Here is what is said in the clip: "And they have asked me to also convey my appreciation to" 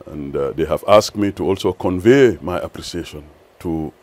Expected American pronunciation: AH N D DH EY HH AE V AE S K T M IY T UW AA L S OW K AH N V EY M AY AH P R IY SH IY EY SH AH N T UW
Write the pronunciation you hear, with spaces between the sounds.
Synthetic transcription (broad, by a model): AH N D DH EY HH AE V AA S K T M IY T UW AA L S OW K AH N V EY M AY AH P R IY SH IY EY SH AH N T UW